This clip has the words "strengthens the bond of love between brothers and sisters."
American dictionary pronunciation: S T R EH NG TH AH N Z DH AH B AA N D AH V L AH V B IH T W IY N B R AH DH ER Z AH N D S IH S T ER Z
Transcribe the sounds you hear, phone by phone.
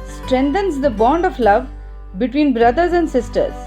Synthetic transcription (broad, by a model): S T R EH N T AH N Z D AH B AA N D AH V L AH V B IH T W IY N B R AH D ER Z AH N D S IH S T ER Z